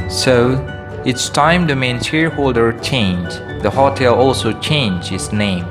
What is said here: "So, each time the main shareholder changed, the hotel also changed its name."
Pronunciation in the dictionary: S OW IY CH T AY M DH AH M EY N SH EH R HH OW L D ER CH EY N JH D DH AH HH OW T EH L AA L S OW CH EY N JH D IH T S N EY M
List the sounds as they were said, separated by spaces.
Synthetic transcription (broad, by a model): S OW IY S T AY M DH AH M EY N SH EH R HH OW L D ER CH EY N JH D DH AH HH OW T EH L AA L S OW CH EY N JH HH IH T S N EY M